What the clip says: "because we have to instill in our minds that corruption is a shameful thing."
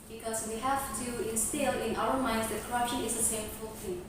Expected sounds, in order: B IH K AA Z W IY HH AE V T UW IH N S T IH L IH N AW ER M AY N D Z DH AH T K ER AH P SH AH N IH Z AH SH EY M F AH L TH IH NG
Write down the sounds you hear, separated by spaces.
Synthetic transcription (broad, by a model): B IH K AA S W IY HH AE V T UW IH N S T IH L IH N AW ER M AY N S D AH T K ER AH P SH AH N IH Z AH S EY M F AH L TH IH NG